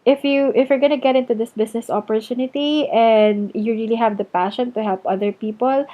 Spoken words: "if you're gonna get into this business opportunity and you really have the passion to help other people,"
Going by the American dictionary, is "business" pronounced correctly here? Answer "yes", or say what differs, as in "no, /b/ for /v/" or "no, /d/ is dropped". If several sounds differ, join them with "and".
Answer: no, /s/ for /z/